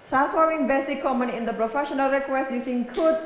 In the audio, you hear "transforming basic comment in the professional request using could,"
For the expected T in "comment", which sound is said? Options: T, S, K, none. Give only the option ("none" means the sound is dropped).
none